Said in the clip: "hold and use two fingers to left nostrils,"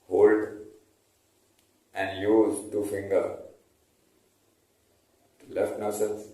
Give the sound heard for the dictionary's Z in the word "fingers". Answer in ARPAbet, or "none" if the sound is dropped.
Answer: none